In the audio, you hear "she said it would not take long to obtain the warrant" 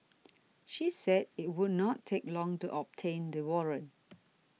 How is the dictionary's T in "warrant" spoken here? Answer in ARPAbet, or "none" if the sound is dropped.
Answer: none